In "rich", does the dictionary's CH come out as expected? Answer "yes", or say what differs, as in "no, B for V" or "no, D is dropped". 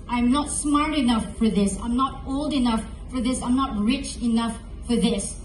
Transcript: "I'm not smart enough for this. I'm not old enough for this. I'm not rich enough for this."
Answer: yes